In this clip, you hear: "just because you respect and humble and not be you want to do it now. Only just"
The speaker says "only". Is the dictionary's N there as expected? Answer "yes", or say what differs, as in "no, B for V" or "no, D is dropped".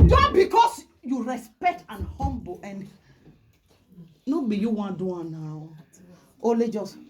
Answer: no, N is dropped